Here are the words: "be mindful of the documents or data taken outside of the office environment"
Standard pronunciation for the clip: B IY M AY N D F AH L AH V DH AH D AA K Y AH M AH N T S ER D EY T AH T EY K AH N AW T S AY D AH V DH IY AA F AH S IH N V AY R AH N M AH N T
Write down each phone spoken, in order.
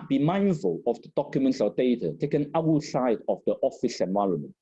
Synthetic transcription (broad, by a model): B IY M AY N D F AH L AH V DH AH D AA K Y AH M AH N T S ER D EY T AH T EY K AH N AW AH S AY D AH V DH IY AA F AH S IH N V AY R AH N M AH N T